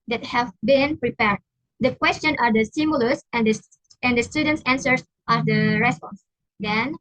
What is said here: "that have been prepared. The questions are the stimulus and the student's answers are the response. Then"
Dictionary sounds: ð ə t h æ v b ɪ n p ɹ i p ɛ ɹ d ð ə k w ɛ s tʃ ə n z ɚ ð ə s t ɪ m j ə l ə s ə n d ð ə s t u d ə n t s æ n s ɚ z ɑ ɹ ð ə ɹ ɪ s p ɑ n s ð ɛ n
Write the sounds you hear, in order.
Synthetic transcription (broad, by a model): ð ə t h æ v b ɪ n p ɹ i p ɛ ɹ d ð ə k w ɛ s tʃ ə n ɚ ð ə s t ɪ m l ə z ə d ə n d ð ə s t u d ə n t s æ n s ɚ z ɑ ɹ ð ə ɹ ɪ s p ɑ n s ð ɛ n